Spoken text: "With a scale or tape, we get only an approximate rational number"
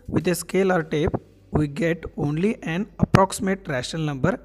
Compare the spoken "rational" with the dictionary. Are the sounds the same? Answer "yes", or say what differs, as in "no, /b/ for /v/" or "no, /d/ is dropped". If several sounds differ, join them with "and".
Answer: no, /n/ is dropped